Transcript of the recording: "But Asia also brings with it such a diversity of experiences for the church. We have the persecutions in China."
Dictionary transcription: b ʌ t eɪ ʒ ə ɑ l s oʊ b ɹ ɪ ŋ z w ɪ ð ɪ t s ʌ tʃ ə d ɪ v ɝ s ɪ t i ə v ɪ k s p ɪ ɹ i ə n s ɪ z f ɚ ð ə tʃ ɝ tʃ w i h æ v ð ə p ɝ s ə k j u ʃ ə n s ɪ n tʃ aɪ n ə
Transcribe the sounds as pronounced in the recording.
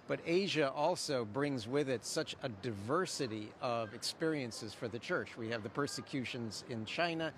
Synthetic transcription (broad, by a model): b ʌ t eɪ ʒ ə ɑ l s oʊ b ɹ ɪ ŋ z w ɪ ð ɪ t s ʌ tʃ ə d ɪ v ɝ s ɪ t i ə v ɪ k s p ɪ ɹ i ə n s ɪ z f ɚ ð ə tʃ ɝ tʃ w i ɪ v ð ə p ɝ s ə k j u ʃ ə n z ɪ n tʃ aɪ n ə